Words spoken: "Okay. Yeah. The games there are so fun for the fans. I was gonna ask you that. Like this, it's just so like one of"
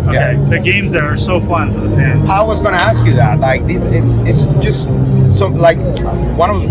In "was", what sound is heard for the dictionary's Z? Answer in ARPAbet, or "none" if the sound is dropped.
Z